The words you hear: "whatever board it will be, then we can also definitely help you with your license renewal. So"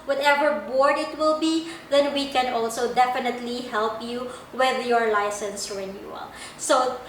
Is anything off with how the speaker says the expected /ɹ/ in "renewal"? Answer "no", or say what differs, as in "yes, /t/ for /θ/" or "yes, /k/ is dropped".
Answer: no